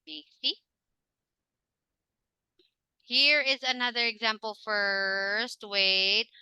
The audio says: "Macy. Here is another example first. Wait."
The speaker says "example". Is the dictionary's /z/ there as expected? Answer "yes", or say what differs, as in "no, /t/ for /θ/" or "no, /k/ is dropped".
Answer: yes